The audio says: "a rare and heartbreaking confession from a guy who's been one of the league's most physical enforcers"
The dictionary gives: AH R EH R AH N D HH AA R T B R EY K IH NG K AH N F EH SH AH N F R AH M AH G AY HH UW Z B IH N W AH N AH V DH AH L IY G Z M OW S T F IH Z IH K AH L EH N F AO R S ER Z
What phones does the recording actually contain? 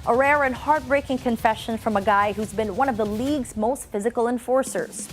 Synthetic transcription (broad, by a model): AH R EH R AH N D HH AA R T B R EY K IH NG K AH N F EH SH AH N F R AH M AH G AY HH UW Z B IH N W AH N AH V DH AH L IY G Z M OW S T F IH Z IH K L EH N F AO R S ER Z